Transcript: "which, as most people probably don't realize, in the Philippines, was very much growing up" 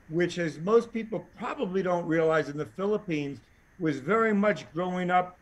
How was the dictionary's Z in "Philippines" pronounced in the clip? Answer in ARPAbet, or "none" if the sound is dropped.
Z